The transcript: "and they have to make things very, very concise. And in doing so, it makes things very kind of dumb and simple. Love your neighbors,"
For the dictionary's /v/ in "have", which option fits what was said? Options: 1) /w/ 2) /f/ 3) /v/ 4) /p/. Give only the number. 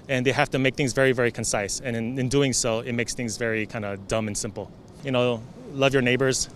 2